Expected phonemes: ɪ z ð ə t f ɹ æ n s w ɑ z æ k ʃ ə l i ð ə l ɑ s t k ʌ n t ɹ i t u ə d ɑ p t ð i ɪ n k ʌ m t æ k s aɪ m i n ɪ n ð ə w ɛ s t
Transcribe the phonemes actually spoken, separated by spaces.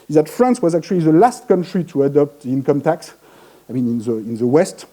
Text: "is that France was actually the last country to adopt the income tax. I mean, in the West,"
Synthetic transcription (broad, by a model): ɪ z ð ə t f ɹ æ n s w ɑ z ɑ k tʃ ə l i ð ə l ɑ s t k ʌ n t ɹ i t u ə d ɑ p t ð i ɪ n k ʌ m t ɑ k s aɪ m i n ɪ n ð ə w ɛ s t